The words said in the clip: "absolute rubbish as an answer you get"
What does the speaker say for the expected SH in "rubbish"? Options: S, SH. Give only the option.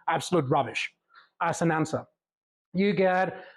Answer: SH